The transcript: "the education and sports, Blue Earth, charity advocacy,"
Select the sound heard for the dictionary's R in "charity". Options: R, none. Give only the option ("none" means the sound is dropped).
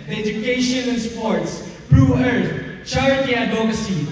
none